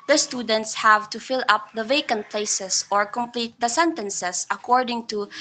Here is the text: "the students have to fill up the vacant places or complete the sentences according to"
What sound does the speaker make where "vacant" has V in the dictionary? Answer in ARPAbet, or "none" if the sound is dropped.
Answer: V